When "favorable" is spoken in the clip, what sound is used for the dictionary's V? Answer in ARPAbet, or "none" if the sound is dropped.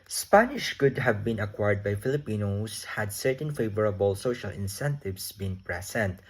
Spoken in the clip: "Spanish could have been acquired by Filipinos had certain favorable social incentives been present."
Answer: V